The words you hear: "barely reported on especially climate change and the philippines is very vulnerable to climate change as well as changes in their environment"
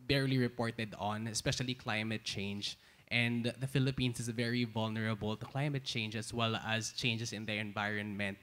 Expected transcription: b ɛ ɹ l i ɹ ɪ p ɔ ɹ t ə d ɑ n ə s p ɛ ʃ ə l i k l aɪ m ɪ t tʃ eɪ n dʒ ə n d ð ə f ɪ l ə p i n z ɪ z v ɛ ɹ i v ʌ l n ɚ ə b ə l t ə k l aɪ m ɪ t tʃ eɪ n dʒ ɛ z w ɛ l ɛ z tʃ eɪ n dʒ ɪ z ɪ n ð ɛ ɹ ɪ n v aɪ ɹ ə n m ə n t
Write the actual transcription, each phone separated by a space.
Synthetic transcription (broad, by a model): b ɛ ɹ l i ɹ ɪ p ɔ ɹ t ə d ɑ n ə s p ɛ ʃ ə l i k l aɪ m ɪ t tʃ eɪ n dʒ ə n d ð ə f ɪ l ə p i n s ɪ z v ɛ ɹ i v ʌ l n ɚ ə b ə l t ə k l aɪ m ɪ t tʃ eɪ n dʒ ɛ s w ɛ l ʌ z tʃ eɪ n dʒ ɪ s ɪ n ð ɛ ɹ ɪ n v aɪ ɹ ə n m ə n t